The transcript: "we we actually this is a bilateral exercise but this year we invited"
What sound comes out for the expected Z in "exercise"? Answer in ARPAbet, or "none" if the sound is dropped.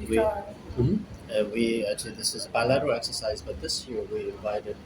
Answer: Z